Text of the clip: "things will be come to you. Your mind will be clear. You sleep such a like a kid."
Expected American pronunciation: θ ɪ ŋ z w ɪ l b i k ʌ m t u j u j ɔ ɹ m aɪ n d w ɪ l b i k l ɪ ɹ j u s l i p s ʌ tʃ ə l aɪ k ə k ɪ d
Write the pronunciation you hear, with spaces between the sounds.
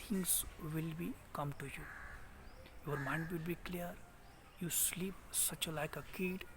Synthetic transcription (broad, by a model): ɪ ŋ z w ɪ l b i k ʌ m t u j u j ɔ ɹ m aɪ n d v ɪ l b i k l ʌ ɹ j u s l i p s ʌ tʃ ə l aɪ k ə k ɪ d